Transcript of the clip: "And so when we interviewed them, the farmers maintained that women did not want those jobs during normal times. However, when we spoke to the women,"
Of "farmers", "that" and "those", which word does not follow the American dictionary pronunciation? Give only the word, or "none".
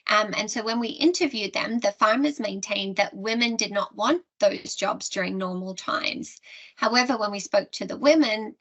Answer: none